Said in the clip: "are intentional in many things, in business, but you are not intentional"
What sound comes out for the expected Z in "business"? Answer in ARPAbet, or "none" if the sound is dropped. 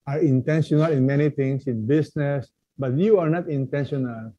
S